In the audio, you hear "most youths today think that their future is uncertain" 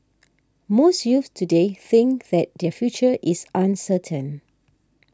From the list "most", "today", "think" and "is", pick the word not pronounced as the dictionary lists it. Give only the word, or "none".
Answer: is